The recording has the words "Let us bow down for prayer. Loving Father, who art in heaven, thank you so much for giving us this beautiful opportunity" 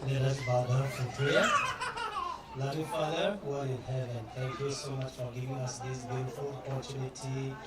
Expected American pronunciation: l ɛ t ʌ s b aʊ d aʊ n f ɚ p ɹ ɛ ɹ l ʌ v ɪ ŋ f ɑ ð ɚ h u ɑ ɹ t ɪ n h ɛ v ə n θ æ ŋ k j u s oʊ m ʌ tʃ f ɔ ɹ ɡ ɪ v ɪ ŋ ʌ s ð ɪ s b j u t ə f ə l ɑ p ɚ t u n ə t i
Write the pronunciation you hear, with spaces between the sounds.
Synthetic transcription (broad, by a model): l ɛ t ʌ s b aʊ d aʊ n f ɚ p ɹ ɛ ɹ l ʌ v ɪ f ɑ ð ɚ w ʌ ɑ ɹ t ɪ n h ɛ v ə n t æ ŋ k j u s oʊ m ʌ tʃ f ɔ ɹ ɡ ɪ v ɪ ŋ ʌ s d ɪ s b j u t ə f ə l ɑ p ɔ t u n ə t i